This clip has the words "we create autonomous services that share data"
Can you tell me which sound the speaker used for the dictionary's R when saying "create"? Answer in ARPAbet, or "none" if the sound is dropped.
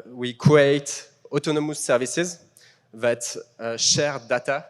none